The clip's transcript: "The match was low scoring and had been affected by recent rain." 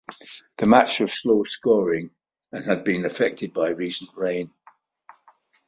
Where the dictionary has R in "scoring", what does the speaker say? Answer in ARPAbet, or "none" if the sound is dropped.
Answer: R